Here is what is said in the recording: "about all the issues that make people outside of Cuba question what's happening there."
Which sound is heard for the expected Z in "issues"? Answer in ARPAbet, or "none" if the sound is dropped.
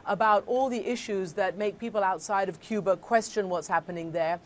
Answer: Z